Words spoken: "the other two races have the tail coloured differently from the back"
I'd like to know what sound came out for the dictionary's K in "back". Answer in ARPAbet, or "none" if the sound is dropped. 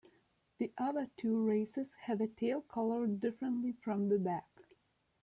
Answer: K